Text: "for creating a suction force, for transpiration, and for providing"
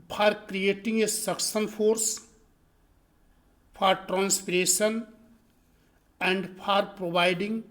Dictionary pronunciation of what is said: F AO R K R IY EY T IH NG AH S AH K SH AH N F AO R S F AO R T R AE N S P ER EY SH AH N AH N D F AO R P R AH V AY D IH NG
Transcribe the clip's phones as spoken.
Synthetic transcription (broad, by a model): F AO R K R IY EY T IH NG AH S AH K S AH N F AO R S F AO R T R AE N S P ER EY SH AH N AH N D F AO R P R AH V AY D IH NG